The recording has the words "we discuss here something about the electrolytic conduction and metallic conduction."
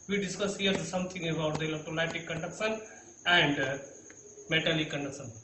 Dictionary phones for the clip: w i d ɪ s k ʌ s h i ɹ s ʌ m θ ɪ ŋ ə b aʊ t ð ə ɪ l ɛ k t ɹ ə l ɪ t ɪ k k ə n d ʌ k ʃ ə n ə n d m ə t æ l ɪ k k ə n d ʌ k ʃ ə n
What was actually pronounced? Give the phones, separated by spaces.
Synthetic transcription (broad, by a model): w i d ɪ s k ʌ s h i ɹ s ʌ m t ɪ ŋ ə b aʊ t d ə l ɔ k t ə l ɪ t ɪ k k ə n d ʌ k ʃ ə n ə n d m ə t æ l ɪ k k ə n d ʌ k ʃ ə n